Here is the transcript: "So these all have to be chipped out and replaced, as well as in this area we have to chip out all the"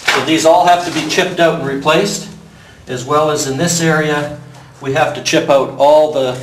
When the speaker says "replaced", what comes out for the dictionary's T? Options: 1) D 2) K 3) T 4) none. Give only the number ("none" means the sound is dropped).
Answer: 3